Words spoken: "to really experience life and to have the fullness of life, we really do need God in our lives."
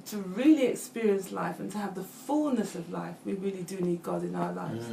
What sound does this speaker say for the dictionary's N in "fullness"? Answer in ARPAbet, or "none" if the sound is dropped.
N